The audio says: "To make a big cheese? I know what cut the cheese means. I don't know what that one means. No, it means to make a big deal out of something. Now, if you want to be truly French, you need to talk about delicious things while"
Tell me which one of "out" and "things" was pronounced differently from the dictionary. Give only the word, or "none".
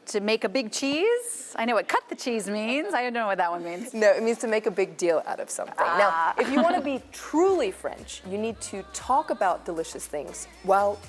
none